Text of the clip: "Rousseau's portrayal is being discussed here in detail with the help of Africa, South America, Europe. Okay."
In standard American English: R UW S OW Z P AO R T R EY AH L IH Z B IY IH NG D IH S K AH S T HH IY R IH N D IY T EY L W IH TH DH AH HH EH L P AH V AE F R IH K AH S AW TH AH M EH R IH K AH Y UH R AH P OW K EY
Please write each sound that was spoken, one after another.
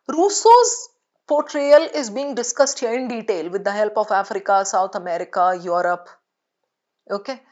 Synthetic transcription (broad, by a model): R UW S OW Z P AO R T R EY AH L IH Z B IY IH NG D IH S K AH S T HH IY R IH N D IY T EY L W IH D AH HH EH L P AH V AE F R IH K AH S AW T AH M EH R IH K AH Y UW R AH P OW K EY